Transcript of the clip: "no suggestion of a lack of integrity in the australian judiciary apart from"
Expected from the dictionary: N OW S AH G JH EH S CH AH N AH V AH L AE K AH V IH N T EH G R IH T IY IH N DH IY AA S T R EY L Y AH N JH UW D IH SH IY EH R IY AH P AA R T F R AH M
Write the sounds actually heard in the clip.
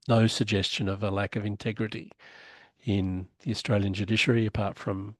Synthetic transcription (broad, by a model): N OW S AH G JH EH S CH AH N AH V AH L AE K AH V IH N T EH G R IH T IY IH N DH IY AA S T R EY L Y AH N JH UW D IH SH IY R IY AH P AA R T F R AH M